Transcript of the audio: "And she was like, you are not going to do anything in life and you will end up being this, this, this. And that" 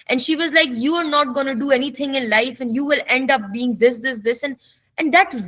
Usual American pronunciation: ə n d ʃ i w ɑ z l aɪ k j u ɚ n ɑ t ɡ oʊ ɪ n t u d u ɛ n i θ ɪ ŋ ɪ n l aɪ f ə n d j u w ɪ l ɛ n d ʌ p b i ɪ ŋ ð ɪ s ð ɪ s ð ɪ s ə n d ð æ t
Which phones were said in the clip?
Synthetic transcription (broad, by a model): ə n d ʃ i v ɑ z l aɪ k j u ɚ n ɑ t ɡ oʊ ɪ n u d u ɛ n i t ɪ ŋ ɪ n l aɪ f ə n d j u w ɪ l ɛ n d ʌ p b i ɪ ŋ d ɪ s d ɪ s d ɪ s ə n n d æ t